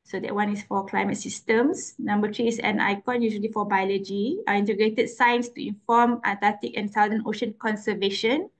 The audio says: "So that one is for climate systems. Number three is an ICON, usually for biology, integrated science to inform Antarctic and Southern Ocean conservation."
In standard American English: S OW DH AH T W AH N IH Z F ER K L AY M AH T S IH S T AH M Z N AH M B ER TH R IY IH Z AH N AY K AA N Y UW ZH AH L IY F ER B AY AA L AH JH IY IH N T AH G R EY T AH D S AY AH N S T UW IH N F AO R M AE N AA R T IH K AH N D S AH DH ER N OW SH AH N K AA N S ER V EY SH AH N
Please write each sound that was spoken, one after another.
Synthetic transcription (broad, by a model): S OW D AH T W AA N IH S F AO K L AY M AH T S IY S T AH M S N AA M B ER T R IY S AH N AY K AA N Y UW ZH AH L IY F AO B AY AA L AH JH IY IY N T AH G R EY T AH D S AY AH N S T UW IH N F AO M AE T AA T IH K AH N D S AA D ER N OW SH AH N K AA N S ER V EY SH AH N